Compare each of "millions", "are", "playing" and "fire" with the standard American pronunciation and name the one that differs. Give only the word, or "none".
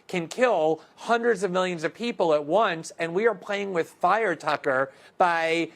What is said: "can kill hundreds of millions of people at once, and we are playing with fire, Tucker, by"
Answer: none